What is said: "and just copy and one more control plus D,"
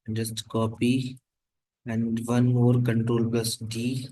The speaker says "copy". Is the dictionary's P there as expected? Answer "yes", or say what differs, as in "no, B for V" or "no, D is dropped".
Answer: yes